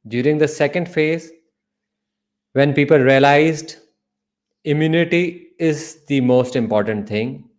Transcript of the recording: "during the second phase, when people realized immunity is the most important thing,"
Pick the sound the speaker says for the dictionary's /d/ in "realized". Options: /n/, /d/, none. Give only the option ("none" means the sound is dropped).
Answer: /d/